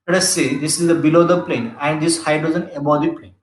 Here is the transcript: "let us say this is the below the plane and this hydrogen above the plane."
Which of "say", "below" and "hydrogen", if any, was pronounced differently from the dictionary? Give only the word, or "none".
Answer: hydrogen